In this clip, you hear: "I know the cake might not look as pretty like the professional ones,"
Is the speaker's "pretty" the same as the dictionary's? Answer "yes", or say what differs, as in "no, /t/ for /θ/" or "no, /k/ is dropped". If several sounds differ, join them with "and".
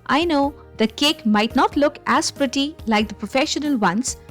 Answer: yes